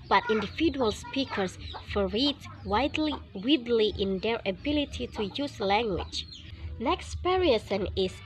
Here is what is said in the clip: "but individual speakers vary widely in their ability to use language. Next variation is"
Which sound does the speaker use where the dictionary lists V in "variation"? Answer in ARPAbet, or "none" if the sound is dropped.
P